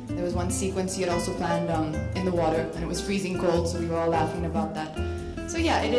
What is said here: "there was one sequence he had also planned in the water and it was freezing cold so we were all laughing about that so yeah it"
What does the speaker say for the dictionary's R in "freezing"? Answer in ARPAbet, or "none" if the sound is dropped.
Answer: R